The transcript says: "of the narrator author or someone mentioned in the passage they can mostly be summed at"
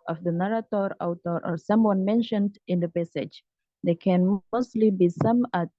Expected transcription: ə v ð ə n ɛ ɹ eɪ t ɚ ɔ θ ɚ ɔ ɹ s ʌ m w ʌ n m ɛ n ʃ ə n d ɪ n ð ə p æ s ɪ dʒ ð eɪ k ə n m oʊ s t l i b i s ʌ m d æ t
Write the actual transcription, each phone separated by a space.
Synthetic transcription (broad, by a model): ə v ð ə n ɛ ɹ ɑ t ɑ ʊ t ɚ ɔ ɹ s ʌ m w ʌ n m ɛ n ʃ ə n d ɪ n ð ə p æ s ɪ dʒ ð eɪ k ə n m oʊ s t l i b i s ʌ m ɑ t